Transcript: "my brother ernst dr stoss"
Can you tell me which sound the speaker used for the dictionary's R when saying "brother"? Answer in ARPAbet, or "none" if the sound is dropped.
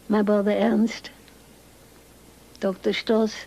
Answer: none